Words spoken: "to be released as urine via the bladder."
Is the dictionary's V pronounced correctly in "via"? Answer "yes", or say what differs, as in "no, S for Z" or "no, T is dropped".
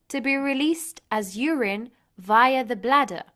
yes